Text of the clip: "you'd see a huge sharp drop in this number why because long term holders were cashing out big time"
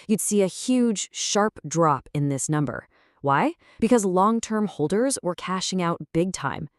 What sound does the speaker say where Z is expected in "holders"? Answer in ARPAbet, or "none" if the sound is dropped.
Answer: Z